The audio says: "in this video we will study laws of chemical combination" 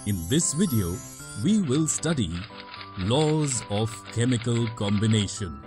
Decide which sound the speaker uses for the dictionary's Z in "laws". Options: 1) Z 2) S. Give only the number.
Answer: 1